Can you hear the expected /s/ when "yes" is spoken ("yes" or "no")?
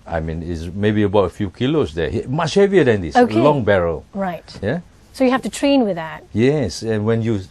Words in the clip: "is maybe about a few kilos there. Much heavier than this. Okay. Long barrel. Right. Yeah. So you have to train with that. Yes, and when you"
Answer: yes